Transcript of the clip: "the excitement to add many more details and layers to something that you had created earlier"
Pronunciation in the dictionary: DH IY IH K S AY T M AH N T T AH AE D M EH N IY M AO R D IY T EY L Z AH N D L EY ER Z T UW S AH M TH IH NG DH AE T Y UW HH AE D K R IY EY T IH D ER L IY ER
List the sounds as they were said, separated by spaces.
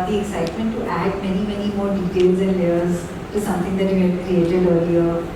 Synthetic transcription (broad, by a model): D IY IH K S AY T M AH N T T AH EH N M EH N IY M AO R D IY T EY L Z AH N D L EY ER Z T UW S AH M T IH NG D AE T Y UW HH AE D K R IY EY T IH D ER L IY ER